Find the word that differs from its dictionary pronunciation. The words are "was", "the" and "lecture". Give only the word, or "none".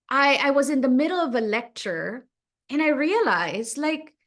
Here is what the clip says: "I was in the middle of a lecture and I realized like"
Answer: none